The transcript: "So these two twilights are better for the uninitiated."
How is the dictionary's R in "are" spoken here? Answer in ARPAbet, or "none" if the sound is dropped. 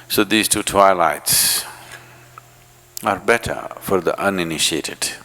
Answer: R